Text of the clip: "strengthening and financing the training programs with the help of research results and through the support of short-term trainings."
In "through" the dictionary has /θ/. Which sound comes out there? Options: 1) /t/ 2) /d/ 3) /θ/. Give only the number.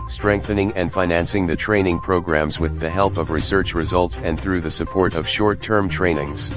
3